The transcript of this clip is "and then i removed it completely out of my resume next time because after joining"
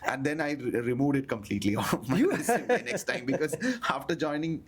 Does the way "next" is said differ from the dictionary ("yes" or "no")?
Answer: yes